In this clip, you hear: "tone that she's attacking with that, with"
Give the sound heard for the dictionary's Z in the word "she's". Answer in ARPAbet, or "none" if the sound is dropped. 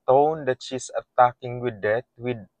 S